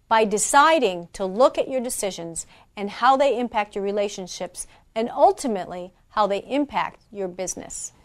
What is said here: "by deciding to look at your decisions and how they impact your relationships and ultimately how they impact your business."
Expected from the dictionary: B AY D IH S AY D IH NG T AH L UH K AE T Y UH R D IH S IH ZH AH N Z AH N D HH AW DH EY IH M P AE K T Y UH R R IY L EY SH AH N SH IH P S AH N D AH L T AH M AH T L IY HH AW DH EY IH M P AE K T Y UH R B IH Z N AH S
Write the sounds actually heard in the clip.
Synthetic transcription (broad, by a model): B AY D IH S AY D IH NG T AH L UH K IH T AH R D IH S IH ZH AH N Z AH N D HH AW DH EY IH M P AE K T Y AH R R IY L EY SH AH N SH IH P S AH N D AH L T AH M AH T L IY HH AW DH EY IH M P AE K T Y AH R B IH Z N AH S